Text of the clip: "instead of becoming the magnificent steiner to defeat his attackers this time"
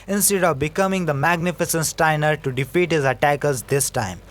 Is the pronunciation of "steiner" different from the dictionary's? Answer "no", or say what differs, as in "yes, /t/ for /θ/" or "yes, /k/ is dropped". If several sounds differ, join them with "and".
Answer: no